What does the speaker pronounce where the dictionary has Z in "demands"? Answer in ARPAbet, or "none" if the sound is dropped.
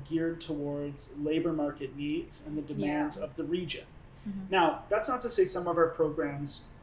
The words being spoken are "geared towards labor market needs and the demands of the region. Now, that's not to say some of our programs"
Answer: Z